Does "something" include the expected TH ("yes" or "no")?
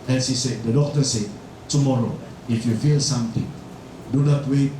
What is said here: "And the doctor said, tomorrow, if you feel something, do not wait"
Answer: no